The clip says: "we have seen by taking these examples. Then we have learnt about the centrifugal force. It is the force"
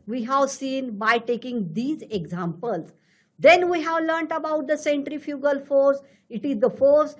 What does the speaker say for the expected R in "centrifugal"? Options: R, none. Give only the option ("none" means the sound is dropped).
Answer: R